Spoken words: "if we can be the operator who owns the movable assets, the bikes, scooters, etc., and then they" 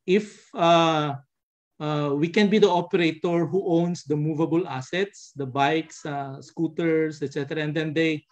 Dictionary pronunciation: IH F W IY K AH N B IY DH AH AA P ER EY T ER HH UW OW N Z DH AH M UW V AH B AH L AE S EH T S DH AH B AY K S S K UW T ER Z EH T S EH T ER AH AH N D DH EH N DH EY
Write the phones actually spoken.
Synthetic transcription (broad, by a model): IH F W IY K AH N B IY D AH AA P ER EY T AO HH UW OW N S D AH M UW V AH B AH L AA S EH T S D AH B AY K S S K UW T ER S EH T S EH T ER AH AH N D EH N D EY